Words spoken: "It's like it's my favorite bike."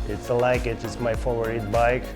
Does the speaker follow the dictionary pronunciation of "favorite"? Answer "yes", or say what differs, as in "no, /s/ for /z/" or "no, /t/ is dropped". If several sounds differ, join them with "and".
no, /v/ is dropped